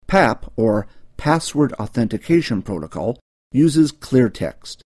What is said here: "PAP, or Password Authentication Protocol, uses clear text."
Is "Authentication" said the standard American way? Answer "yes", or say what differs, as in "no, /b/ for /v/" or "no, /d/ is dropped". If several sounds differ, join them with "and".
yes